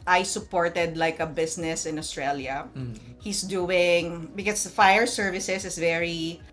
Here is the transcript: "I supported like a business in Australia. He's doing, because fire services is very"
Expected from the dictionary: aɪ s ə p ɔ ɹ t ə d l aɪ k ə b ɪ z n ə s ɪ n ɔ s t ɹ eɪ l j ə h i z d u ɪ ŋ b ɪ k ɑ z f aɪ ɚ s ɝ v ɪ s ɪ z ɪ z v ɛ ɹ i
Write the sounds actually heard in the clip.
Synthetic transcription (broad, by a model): aɪ s ə p ɔ ɹ t ə d l aɪ k ə b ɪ s n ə s ɪ n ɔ s t ɹ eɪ l j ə h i s d u ɪ ŋ b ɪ k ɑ s f aɪ ɚ s ɝ v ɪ s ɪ s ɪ s v ɛ ɹ i